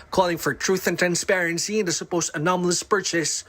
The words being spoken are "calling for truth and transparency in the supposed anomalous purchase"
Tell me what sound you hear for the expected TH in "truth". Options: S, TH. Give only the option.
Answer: TH